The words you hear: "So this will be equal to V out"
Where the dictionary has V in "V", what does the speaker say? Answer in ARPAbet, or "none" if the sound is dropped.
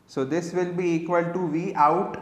V